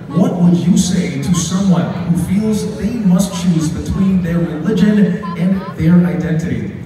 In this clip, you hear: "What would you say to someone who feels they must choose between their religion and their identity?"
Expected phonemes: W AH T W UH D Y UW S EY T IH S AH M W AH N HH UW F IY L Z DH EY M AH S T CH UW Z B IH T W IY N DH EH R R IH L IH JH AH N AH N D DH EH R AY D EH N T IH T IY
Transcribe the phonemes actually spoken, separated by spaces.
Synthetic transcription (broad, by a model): W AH T W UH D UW S EY T IH S AH M W AH N HH UW F IY L Z DH EY M AH S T CH UW Z B IH T W IY N DH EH R R IH L IH JH AH N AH N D DH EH R AY D EH N T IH T IY